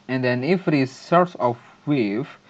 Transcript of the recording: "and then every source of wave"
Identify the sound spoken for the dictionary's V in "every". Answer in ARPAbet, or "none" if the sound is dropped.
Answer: F